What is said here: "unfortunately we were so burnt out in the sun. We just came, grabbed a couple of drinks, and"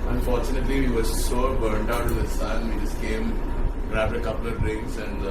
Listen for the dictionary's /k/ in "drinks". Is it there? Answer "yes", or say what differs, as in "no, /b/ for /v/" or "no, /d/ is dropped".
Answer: no, /k/ is dropped